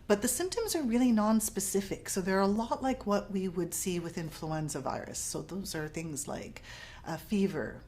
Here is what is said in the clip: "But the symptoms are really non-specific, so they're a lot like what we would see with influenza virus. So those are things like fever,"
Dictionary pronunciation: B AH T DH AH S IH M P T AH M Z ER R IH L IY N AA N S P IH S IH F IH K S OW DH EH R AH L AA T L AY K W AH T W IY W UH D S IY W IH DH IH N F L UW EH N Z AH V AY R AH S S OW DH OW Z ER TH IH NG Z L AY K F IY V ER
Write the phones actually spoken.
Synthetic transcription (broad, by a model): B AH T DH AH S IH M P T AH M Z ER R IH L IY N AA N S P IH S IH F IH K S OW DH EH R AH L AA T L AY K W AH T W IY W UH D S IY W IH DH IH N F L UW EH N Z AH V AY R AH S S OW DH OW Z ER TH IH NG Z L AY K F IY V ER